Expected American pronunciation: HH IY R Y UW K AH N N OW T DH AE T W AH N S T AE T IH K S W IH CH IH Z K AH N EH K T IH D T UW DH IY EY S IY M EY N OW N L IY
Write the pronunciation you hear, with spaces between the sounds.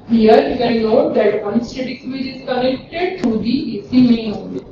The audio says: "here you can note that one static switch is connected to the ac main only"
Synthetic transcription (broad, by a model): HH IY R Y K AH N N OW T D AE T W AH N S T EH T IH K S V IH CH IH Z K AH N EH K T IH D T UW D IY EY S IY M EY OW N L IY